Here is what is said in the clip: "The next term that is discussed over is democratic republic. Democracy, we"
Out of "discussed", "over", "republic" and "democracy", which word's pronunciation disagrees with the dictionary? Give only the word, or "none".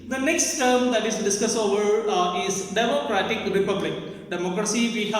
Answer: discussed